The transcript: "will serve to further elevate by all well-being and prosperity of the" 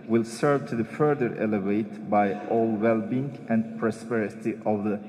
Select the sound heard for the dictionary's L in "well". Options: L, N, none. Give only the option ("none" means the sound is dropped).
L